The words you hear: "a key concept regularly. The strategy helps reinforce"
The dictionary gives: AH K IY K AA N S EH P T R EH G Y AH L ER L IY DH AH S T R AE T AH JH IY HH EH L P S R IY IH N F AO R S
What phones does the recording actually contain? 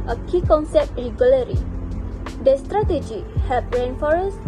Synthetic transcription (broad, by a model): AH K IY K AA N S EH P T R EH G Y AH L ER IY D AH S T R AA T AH JH IY HH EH P R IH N F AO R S